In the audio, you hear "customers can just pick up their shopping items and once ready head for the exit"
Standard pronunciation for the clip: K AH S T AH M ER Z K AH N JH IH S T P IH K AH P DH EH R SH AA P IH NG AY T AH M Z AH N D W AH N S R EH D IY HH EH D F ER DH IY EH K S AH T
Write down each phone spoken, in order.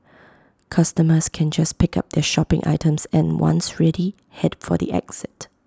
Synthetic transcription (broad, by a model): K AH S T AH M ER S K AH N JH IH S P IH K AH P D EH SH AA P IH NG AY T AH M S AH N W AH N S R EH D IY HH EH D F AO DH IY EH K S AH T